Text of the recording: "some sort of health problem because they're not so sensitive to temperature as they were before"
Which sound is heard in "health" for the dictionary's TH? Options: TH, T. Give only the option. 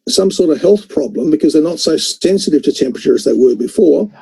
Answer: TH